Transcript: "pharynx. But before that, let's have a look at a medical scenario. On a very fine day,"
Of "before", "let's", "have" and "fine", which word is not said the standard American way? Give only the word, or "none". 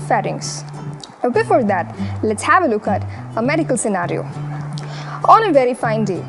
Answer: none